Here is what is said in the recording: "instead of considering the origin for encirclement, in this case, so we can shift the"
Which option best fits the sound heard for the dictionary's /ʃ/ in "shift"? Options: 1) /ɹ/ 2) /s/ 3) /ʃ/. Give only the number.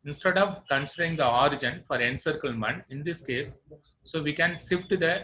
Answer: 2